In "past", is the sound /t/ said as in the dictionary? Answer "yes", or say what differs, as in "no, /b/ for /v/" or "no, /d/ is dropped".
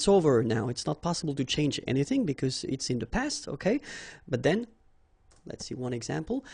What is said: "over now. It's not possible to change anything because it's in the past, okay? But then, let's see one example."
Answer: yes